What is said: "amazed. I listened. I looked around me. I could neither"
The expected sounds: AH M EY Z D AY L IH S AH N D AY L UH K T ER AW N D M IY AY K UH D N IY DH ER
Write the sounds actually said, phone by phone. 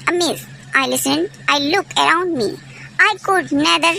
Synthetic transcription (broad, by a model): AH M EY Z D AY L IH S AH N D AY L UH K ER AW N D M IY AY K UH D N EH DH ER